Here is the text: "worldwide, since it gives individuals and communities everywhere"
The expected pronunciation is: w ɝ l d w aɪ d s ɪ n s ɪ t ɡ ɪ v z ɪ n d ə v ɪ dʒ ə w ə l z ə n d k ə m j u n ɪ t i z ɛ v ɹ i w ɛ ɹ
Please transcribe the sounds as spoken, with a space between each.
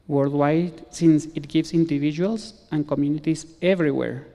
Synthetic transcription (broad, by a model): w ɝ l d w aɪ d s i n s ɪ t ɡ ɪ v s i n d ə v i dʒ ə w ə l s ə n k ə m j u n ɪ t i s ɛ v ɹ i w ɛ ɹ